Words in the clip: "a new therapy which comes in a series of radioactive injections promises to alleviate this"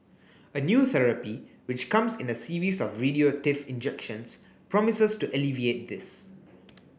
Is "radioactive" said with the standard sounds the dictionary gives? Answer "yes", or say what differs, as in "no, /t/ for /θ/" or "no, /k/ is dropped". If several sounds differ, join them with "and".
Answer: no, /f/ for /v/